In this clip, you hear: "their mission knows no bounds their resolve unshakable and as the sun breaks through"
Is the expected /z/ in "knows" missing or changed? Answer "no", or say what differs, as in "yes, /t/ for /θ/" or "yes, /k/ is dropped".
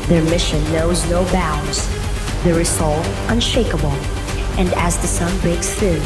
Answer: no